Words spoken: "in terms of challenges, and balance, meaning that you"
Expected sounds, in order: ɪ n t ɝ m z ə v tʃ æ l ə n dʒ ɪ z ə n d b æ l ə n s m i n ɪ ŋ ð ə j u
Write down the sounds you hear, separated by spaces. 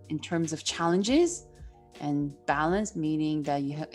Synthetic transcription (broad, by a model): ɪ n t ɝ m z ə v tʃ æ l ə n dʒ ɪ z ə n b æ l ə n s m i n ɪ ŋ ð ə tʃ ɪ